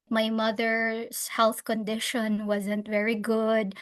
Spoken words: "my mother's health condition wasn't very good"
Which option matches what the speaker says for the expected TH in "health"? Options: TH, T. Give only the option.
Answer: TH